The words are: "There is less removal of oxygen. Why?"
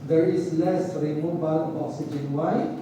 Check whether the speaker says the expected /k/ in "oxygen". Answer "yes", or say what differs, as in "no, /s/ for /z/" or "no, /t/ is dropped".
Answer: no, /k/ is dropped